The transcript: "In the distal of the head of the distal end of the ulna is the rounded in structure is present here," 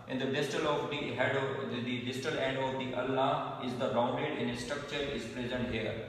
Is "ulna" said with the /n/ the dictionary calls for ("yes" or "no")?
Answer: no